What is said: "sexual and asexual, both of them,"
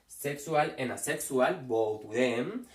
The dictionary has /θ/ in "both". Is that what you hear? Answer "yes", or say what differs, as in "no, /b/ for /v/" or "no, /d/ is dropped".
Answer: no, /t/ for /θ/